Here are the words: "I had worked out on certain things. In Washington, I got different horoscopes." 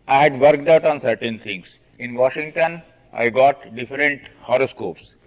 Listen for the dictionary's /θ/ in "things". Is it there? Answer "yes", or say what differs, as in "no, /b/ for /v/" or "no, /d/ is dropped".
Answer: no, /t/ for /θ/